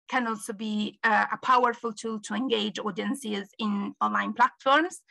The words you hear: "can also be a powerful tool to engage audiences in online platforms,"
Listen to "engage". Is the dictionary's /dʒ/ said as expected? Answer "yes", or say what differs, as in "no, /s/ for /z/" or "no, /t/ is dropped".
yes